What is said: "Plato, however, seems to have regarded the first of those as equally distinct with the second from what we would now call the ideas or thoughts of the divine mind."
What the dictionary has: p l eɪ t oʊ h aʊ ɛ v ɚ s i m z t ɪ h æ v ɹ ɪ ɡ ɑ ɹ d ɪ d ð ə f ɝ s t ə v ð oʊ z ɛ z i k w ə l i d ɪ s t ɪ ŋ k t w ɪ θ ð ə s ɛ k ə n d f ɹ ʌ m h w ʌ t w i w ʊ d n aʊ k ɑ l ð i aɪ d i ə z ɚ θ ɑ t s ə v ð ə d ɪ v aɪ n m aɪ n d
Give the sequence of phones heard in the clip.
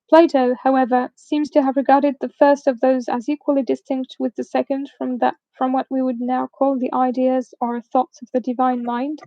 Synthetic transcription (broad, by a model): p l eɪ t oʊ h aʊ ɛ v ɚ s i m z t ɪ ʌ v ɹ ɪ ɡ ɑ ɹ d ɪ d ð ə f ɝ s t ə v ð oʊ z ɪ z i k w ə l i d ɪ s t ɪ ŋ k t w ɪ ð ə s ɛ k ə n d f ɹ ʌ m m w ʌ t w i w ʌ d n aʊ k ɑ l ð i aɪ d i ə z ɚ θ ɑ t s ə v ð ə d ɪ v aɪ n m aɪ n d